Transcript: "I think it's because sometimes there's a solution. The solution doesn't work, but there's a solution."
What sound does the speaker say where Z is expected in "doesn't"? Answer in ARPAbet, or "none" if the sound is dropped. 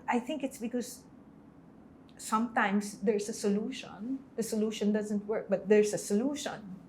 Z